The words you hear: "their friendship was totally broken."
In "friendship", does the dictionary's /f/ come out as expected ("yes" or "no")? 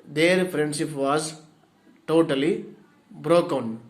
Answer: no